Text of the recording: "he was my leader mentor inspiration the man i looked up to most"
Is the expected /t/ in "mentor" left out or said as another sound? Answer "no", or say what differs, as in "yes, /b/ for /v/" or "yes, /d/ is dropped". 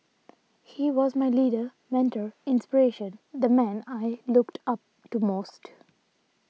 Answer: no